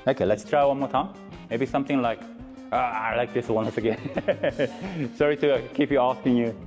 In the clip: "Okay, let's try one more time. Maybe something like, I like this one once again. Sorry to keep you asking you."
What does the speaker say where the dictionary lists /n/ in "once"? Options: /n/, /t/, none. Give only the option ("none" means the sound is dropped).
none